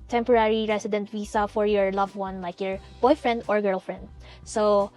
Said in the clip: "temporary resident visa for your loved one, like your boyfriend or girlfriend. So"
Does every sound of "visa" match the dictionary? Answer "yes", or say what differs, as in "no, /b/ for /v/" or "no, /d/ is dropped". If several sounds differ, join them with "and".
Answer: no, /w/ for /v/ and /s/ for /z/